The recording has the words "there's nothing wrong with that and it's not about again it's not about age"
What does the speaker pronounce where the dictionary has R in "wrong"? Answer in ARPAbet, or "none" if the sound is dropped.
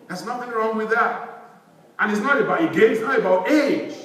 R